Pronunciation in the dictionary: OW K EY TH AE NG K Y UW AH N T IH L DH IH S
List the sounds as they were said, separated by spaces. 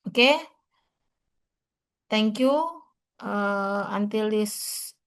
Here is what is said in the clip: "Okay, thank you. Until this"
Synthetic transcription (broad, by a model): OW K EY T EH NG K Y UW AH N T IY L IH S